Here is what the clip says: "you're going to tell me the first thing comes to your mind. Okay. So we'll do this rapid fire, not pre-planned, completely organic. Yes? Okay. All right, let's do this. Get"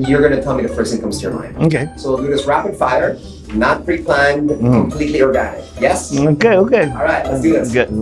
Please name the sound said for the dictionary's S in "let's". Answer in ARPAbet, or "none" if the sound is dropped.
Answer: none